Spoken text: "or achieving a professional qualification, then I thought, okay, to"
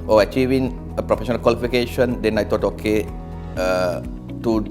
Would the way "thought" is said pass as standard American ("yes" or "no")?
no